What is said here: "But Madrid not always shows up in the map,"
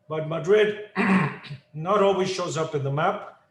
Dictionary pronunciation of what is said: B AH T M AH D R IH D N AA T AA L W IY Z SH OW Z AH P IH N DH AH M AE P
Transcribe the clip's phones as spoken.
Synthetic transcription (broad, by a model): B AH T M AH D R IH D N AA T AA L W IY Z SH OW Z AH P IH N DH AH M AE P